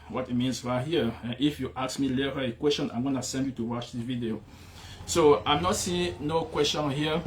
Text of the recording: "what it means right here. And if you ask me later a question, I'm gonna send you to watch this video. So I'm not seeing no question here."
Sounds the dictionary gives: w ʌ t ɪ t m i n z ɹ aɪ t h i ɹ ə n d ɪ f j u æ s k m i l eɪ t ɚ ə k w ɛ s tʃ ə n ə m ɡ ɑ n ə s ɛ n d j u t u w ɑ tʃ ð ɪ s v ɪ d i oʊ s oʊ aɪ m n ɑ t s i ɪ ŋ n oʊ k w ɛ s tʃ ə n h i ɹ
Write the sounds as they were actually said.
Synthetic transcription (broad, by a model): w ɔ t ɪ t m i n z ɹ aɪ h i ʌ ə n ɪ f j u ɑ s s m i l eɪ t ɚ ə k w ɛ s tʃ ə n ə m ɡ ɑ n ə s ɛ n d j u t u w ɑ tʃ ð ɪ v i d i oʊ s oʊ aɪ m n ɑ t s i ɪ ŋ n oʊ k w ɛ s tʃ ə n h i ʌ